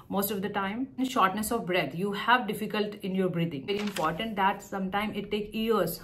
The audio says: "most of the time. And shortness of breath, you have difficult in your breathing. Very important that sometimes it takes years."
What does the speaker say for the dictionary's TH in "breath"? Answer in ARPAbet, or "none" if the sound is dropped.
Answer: T